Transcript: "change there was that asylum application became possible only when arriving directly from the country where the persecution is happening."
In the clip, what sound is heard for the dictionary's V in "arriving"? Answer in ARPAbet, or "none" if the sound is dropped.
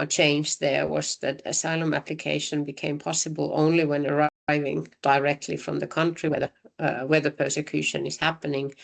V